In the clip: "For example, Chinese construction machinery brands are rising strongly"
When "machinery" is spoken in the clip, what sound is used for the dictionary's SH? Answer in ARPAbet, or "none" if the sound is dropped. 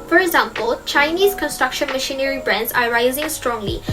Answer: SH